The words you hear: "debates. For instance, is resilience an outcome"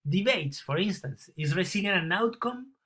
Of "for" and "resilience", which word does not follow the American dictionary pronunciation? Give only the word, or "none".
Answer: resilience